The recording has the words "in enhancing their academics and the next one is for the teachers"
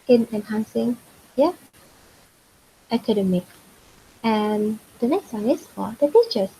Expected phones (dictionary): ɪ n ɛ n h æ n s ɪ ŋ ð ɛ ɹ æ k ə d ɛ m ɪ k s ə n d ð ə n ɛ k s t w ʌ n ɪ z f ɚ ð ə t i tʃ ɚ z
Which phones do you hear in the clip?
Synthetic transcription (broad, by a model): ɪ n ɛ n h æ n s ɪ ŋ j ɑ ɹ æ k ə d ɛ m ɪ k ə n d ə n ɛ k s t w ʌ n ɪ s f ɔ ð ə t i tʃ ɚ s